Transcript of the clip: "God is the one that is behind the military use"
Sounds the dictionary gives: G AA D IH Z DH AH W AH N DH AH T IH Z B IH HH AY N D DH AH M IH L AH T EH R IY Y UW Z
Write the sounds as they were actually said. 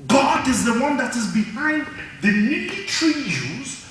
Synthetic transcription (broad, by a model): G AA D IH Z DH AH W AH N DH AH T IH Z B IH HH AY N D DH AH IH N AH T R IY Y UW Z